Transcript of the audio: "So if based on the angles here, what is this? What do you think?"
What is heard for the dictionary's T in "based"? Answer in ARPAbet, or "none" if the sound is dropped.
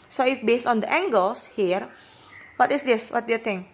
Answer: T